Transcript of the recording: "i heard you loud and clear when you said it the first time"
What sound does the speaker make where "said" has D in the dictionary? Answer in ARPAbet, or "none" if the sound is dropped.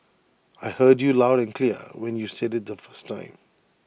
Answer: D